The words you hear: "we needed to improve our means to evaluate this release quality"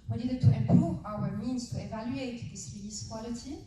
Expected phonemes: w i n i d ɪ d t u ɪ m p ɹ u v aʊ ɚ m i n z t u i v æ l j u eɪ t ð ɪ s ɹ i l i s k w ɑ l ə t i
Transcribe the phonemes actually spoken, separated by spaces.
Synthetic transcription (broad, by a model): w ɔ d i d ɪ t u ɪ m p ɹ u v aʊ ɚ m i n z t u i v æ l j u eɪ t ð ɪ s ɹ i i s k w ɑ l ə t i